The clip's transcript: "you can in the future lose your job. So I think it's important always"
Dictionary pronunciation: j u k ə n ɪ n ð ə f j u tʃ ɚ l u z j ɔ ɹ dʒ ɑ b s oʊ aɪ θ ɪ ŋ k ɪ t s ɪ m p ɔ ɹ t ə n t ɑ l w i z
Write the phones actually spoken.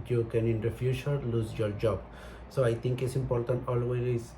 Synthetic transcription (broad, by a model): j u k ə n ɪ n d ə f j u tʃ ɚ l u z j ɔ ɹ dʒ ɑ b s oʊ aɪ t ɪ ŋ k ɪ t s ɪ m p ɔ ɹ t ə n t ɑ l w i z